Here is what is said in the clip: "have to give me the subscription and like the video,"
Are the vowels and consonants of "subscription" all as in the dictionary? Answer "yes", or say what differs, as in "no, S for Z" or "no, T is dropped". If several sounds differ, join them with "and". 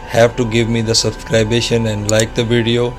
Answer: no, B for P